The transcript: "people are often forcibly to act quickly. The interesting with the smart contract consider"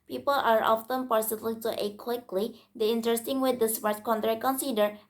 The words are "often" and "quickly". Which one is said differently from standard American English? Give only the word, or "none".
none